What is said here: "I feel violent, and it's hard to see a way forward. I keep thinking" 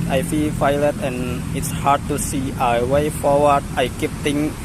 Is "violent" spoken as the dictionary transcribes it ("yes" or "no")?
no